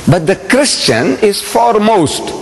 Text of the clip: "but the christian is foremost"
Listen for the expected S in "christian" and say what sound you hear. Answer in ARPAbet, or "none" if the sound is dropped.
S